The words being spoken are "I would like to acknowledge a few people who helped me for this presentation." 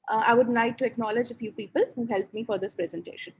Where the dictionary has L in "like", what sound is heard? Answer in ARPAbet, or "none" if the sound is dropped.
N